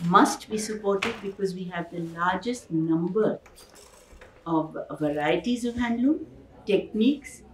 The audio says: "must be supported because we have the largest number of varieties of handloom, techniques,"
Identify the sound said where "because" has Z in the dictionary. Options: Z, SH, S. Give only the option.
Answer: Z